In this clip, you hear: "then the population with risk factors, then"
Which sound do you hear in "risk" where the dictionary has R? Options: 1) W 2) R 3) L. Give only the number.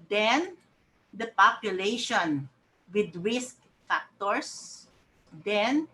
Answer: 2